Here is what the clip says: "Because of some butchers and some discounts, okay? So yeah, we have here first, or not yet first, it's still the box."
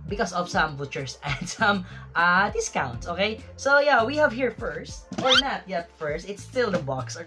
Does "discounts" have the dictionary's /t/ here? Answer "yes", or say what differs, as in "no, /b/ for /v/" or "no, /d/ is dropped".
yes